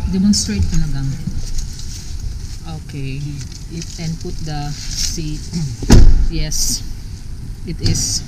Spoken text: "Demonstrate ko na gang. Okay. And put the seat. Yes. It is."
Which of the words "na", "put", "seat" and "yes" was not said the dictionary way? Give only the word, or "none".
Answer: na